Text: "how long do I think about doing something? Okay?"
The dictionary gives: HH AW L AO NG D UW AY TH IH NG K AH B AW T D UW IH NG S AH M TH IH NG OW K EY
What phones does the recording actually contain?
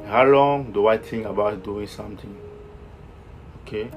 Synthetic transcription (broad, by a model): HH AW L AO NG D UW AY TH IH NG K AH B AW T D UW IH NG S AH M T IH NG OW K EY